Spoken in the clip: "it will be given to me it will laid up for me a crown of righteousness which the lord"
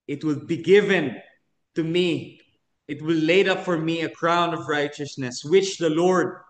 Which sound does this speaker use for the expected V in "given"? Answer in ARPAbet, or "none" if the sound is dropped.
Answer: V